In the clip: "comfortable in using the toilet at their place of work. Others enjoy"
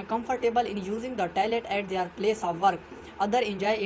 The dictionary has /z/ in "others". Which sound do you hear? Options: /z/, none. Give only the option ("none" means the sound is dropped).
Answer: none